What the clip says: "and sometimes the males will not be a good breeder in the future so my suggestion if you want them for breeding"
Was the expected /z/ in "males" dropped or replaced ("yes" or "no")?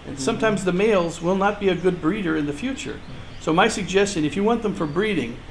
no